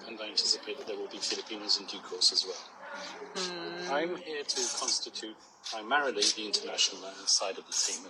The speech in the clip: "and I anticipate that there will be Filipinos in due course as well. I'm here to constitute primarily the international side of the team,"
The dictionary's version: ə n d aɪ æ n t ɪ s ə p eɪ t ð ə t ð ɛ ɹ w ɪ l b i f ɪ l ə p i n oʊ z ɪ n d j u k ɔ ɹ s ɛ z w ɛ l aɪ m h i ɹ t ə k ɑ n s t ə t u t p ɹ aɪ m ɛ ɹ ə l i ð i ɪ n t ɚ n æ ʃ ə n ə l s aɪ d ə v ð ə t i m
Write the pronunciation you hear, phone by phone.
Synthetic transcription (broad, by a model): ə n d aɪ æ n t ɪ s ə p eɪ t ð ə t ð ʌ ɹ w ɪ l b i f ɪ l ə p i n oʊ z ɪ n d j u k ɔ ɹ s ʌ z w ɛ l aɪ m h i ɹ t ə k ɑ n s t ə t u t p ɹ aɪ m ɛ ɹ ə l i ð i ɪ n t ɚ n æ ʃ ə n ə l s aɪ d ə v ð ə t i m